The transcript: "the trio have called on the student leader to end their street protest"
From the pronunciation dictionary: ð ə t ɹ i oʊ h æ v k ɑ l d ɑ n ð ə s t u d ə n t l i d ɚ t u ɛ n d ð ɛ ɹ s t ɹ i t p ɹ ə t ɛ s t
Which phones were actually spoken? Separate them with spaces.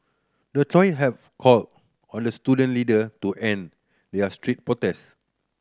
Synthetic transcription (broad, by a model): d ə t ɔ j h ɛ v k ɑ l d ɑ n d ə s t u d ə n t l i d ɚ t u ɛ n d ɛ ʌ s t ɹ i t p ɹ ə t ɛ s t